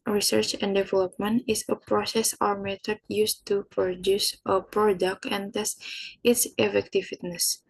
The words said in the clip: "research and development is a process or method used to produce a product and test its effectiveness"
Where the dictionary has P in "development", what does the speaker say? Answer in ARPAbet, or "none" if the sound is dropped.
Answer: P